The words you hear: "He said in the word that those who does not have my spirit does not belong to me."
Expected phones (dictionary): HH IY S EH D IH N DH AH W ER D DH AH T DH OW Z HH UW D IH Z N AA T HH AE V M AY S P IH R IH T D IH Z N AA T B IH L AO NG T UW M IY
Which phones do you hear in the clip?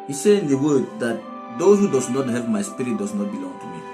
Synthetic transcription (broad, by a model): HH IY S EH IH N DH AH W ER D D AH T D OW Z HH UW D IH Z N AA T HH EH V M AY S P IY R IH T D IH S N AA T B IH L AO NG T UW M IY